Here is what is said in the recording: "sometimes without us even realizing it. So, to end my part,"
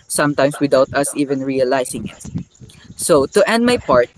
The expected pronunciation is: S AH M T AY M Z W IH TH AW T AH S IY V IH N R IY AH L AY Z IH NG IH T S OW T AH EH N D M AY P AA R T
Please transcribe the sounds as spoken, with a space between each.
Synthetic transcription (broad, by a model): S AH M T AY M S W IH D AW T AH S IY V IH N R IY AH L AY S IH NG IH T S OW T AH EH N D M AY P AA R T